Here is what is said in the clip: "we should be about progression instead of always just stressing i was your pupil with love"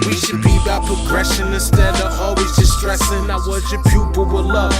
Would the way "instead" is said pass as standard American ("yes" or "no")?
no